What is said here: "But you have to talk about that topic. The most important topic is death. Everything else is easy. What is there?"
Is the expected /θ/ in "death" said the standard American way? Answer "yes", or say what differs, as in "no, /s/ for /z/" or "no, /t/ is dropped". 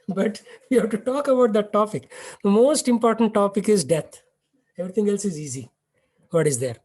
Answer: no, /t/ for /θ/